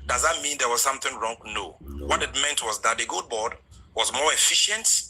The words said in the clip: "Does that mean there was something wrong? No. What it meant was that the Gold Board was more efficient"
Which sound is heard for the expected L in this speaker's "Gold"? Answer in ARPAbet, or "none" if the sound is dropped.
none